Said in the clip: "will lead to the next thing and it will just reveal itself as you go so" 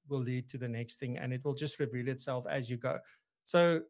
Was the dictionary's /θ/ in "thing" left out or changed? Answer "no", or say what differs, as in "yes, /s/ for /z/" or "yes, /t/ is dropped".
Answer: no